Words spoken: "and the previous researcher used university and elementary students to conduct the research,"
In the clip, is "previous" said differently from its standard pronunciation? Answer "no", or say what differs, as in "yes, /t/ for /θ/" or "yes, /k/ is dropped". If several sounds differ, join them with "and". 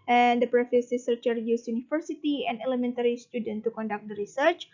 yes, /f/ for /v/